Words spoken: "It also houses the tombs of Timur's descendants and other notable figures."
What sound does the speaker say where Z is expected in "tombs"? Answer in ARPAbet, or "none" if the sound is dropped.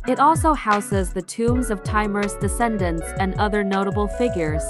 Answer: Z